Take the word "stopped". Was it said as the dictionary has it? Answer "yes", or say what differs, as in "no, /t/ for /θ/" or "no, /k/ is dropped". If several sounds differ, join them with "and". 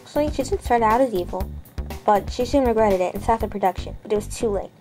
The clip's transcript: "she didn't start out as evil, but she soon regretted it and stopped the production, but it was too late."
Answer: no, /p/ is dropped